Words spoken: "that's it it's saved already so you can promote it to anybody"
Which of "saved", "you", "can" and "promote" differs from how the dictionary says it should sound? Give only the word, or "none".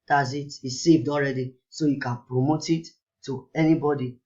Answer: none